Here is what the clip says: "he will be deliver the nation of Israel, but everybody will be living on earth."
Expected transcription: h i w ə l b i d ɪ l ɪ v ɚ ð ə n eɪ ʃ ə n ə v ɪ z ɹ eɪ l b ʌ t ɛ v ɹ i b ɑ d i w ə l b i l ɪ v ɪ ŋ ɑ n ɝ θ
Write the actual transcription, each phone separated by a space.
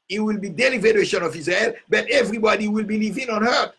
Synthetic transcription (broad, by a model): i w ə l b i d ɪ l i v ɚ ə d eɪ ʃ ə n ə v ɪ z eɪ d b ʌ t ɛ v ɹ i b ɑ d i w ə l b i l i v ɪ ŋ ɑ n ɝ